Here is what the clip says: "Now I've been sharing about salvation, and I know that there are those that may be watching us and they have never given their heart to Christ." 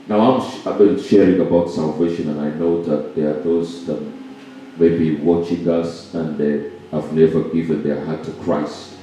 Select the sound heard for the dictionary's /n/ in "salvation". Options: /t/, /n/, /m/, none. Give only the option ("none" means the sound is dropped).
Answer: /n/